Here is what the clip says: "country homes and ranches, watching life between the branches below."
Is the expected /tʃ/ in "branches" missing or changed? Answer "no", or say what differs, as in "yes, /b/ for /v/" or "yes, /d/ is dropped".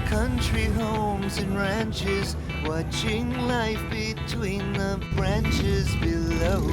no